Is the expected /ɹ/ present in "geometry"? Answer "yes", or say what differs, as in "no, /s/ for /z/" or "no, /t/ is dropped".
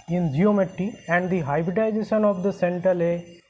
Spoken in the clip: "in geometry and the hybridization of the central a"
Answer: no, /ɹ/ is dropped